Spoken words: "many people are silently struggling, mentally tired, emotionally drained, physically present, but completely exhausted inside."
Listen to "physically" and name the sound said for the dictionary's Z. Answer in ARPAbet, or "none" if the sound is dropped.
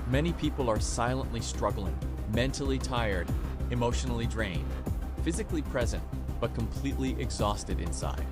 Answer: Z